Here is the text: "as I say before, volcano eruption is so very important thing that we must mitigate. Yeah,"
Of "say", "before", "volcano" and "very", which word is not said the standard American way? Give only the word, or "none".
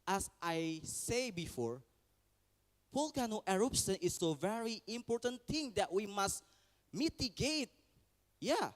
volcano